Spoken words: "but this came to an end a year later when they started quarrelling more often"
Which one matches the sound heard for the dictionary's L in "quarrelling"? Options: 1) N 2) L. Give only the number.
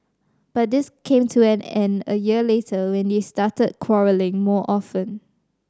2